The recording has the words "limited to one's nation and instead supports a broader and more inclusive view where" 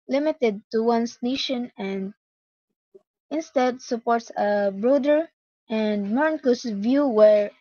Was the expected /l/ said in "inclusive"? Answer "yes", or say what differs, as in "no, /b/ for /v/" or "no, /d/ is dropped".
no, /l/ is dropped